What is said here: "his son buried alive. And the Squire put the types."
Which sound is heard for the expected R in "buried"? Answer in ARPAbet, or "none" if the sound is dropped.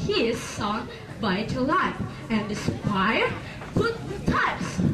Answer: none